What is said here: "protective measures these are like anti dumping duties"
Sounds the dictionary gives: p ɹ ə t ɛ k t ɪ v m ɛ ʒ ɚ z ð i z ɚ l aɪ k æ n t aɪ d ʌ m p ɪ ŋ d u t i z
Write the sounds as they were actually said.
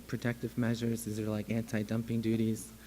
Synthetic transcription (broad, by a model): p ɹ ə t ɛ k t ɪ v m ɛ ʒ ɚ z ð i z ɚ l aɪ k æ n t aɪ d ʌ m p ɪ ŋ d u t i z